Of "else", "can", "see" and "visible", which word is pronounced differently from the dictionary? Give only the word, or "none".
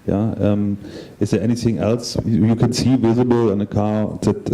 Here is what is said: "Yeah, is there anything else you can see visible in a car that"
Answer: none